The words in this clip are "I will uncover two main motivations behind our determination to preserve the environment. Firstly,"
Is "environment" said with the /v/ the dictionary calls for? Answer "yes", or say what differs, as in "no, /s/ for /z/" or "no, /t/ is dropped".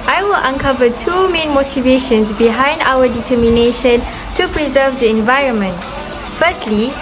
yes